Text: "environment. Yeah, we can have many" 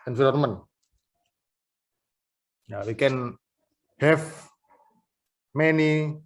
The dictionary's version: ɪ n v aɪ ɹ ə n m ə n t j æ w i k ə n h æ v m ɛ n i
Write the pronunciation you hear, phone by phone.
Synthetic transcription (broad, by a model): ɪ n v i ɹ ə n m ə n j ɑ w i k ə n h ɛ f m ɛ n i